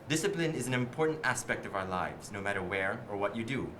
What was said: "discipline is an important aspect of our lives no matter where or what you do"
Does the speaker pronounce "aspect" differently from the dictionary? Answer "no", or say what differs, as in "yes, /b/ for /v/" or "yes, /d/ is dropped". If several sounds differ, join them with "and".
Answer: no